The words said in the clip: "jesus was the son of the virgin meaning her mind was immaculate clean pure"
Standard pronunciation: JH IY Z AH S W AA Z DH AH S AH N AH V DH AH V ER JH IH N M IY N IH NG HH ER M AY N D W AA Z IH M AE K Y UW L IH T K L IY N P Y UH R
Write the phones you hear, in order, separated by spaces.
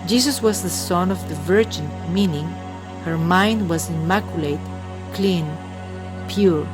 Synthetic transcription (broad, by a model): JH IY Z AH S W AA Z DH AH S AH N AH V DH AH V ER JH IH N M IY N IH NG HH ER M AY N D W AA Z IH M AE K Y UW L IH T K L IY N P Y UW R